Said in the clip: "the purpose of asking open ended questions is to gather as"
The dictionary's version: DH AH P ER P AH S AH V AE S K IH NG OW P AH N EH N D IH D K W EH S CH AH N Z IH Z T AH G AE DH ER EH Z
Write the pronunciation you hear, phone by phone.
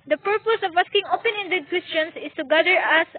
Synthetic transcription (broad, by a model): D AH P ER P AH S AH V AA S K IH NG OW P AH N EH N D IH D K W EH S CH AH N S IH S T AH G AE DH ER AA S